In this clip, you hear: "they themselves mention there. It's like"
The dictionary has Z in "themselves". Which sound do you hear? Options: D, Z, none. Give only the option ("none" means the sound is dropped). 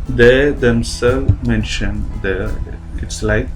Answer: none